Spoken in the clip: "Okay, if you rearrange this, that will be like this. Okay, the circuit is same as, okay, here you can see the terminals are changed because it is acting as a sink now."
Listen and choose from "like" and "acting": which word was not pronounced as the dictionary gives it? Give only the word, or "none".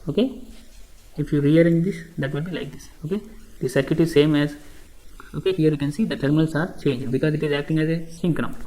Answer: none